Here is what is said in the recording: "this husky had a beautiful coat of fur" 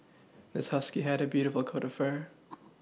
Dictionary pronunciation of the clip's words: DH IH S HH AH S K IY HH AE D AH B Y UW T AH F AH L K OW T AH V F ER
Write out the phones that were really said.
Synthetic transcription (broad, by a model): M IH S HH AH S K IY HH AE D AH B Y UW T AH F L K OW T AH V F ER